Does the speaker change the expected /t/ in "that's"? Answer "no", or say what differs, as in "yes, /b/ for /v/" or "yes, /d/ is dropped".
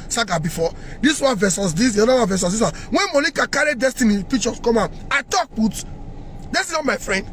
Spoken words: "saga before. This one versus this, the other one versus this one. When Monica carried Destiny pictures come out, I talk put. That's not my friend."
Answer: yes, /s/ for /t/